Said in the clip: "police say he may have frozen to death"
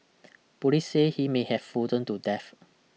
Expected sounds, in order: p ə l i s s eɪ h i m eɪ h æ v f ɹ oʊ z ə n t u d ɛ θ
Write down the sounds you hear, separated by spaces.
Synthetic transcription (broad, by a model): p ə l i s s eɪ h i m eɪ h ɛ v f oʊ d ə n t u d ɛ f